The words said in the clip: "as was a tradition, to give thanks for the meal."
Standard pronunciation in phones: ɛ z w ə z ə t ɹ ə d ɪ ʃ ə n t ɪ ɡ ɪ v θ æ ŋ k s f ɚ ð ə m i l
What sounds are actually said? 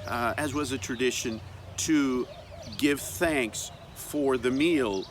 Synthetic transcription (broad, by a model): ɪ z w ə z ə t ɹ ə d ɪ ʃ ə n t ɪ ɡ ɪ v θ æ ŋ k s f ɚ ð ə m i l